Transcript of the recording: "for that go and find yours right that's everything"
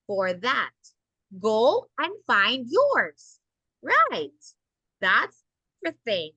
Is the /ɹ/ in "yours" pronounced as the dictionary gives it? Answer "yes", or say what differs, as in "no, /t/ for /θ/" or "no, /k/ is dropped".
yes